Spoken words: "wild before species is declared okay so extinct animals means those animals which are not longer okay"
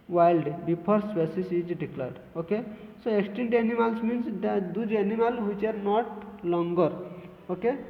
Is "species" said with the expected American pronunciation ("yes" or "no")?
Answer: no